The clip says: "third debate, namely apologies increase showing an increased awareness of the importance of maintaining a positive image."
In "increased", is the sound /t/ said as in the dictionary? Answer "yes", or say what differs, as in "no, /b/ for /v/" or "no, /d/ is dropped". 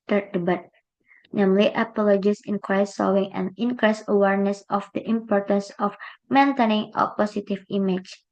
no, /t/ is dropped